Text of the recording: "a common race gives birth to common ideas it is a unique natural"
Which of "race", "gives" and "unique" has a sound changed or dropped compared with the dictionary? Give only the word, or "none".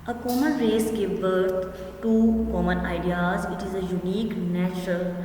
gives